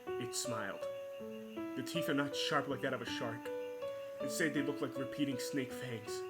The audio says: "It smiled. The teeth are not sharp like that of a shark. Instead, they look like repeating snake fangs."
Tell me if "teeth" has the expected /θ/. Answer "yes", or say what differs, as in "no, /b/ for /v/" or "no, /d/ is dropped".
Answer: yes